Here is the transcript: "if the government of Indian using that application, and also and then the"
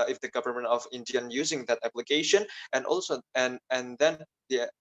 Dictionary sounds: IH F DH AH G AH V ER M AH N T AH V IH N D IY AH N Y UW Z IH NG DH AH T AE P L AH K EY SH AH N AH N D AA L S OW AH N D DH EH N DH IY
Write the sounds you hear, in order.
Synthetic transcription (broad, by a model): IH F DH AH G AH V ER M AH N T AH V IH N D IY AH N Y UW Z IH NG DH AH T AE P L AH K EY SH AH N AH N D AA L S OW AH N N DH EH N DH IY